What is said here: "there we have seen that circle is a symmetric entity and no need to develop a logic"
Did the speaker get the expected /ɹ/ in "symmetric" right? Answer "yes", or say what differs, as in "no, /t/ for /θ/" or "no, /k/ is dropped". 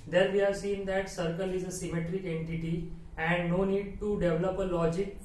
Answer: yes